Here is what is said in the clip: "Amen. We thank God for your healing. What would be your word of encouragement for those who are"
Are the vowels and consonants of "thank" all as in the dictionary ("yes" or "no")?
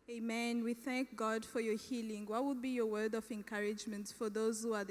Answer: yes